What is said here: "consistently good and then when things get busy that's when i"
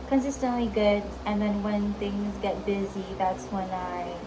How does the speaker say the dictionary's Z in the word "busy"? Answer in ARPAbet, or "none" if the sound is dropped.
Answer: Z